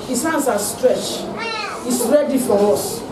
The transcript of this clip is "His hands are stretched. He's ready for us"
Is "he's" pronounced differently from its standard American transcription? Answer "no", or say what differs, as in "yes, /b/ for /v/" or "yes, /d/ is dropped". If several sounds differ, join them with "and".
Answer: yes, /s/ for /z/